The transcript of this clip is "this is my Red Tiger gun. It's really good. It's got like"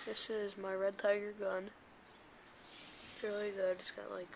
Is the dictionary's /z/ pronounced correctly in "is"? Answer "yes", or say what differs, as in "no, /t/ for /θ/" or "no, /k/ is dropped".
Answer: yes